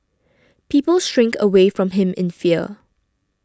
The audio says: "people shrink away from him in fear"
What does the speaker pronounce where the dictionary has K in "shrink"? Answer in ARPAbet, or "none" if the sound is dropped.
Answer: K